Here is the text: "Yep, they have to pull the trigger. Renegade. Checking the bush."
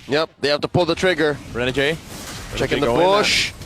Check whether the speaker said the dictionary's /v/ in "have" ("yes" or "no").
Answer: no